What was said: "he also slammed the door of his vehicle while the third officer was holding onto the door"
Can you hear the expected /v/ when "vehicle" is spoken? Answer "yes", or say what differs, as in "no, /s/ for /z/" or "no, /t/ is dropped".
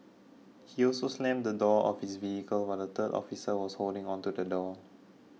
yes